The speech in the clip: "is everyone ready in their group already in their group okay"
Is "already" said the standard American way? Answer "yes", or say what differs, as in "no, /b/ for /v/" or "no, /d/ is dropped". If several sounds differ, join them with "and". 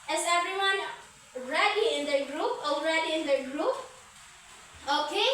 yes